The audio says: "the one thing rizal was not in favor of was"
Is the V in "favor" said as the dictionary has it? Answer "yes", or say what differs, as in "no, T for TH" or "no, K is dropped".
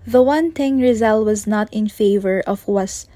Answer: yes